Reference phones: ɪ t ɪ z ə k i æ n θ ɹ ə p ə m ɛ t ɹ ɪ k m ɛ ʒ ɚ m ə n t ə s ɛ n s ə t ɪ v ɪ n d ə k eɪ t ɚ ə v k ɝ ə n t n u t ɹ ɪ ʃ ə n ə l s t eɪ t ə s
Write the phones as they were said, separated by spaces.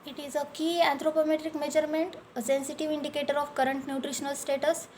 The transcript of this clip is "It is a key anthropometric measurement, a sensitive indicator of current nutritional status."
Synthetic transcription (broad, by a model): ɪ t ɪ z ə k i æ n t ɹ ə p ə m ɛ t ɹ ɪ k m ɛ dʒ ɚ m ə n t ə s ɛ n s ə t ɪ v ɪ n d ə k eɪ t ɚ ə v k ɝ ə n t n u t ɹ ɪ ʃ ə n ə l s t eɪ t ə s